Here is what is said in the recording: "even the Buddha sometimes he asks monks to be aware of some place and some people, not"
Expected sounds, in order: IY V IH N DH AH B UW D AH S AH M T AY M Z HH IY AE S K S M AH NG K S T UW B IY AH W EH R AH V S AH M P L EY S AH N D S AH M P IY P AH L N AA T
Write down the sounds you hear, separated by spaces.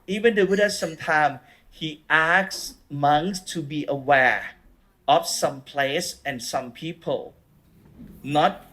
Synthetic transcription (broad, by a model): IY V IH N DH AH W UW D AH S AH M T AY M HH IY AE K S M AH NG S T UW B IY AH W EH R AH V S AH M P L EY S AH N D S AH M P IY P AH L N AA T